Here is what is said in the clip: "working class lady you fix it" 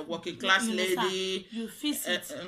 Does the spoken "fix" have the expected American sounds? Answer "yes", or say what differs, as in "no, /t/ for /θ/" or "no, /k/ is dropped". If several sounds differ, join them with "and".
no, /k/ is dropped